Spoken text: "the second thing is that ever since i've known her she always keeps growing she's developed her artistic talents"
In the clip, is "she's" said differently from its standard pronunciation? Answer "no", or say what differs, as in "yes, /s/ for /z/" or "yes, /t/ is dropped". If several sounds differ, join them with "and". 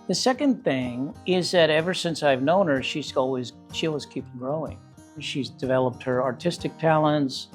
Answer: no